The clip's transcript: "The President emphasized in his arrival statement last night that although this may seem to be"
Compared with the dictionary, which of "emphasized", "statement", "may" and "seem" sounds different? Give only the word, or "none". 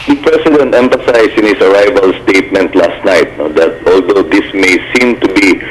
emphasized